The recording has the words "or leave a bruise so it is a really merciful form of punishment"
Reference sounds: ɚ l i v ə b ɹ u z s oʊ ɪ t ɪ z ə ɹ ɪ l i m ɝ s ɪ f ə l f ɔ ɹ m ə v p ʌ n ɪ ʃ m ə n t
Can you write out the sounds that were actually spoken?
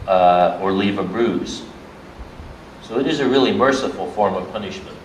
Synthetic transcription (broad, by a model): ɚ l i v ə b ɹ u z s oʊ ɪ t ɪ z ə ɹ ɪ l i m ɝ s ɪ f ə l f ɔ ɹ m ə v p ʌ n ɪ ʃ m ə n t